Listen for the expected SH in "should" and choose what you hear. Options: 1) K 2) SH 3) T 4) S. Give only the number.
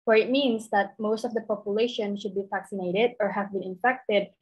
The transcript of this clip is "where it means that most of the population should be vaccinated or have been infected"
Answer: 2